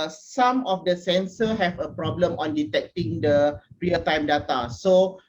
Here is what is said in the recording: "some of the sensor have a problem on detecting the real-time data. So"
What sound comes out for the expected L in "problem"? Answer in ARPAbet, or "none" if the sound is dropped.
L